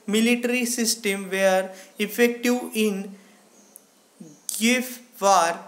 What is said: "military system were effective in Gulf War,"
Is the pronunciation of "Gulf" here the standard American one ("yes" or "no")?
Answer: no